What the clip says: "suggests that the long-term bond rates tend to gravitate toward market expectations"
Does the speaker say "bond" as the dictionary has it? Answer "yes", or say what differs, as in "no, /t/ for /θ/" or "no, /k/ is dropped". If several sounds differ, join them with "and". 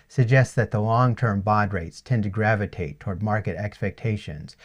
no, /n/ is dropped